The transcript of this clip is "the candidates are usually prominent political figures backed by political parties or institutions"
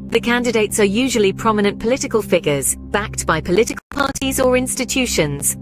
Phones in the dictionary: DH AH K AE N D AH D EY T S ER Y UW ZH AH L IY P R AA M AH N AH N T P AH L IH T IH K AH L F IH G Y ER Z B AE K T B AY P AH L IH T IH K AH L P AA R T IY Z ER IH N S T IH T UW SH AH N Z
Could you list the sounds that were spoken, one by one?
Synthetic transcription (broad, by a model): DH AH K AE N D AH D EY T S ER Y UW ZH AH L IY P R AA M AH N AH N P AH L IH T IH K AH L F IH G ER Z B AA K T B AY P AH L IH T IH K AH L P AA T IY Z ER IH N S T IH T UW SH AH N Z